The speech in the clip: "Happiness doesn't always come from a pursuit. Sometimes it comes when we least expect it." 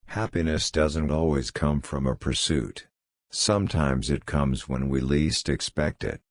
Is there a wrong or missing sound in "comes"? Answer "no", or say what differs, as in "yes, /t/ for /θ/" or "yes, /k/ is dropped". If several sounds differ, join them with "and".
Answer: no